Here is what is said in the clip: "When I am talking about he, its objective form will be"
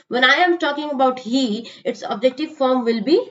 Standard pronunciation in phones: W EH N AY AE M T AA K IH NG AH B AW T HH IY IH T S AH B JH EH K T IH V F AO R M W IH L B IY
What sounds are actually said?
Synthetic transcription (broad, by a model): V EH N AY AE M T AA K IH NG AH B AW T HH IY IH T S AH B JH EH K T IH V F AO R M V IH L B IY